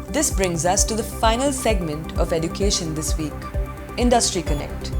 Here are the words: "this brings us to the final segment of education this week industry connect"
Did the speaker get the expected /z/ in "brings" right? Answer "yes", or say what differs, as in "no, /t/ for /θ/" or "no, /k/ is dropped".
yes